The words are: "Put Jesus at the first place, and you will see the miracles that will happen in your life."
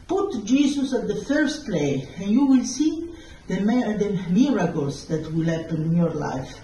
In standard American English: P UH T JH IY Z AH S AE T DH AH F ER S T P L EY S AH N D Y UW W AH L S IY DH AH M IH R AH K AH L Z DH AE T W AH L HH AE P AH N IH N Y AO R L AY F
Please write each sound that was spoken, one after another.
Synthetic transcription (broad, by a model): P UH T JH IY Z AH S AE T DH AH F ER S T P L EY AH N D Y UW W AH L S IY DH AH M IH R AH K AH L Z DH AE T W AH L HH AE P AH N IH N Y AO R L AY F